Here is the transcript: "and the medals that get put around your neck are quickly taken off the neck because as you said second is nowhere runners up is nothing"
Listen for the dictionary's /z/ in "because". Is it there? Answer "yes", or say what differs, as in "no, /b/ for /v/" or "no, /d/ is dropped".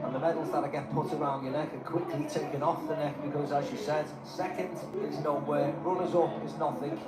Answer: yes